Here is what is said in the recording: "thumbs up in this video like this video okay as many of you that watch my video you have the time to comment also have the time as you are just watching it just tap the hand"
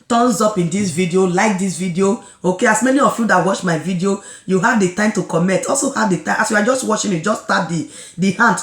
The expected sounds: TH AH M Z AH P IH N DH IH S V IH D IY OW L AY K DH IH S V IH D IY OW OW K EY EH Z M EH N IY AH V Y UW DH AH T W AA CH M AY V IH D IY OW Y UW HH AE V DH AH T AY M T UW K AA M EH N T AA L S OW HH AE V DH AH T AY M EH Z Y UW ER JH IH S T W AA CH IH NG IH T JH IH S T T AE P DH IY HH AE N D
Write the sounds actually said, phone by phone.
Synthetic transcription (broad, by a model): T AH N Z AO P IH N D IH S V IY D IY OW L AY K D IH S V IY D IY OW OW K EY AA S M EH N IY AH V Y UW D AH T W AA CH M AY V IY D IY OW Y UW HH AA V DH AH T AY M T UW K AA M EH T AA L S OW HH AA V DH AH T AY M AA S Y UW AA JH IH S T W AA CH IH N IH T JH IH S T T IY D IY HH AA N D